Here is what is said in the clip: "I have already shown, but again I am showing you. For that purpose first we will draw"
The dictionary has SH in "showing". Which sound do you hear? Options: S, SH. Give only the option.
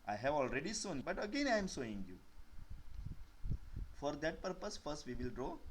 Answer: S